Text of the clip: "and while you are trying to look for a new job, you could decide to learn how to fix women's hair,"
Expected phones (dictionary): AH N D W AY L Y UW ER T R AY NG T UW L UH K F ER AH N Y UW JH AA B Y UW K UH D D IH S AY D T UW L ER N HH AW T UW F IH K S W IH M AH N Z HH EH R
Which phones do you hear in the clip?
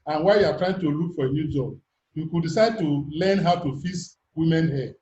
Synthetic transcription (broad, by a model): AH N W AY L Y UW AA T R AY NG T UW L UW K F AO AH N Y UW JH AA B Y UW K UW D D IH S AY D T UW L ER N HH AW T UW F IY S W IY M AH N HH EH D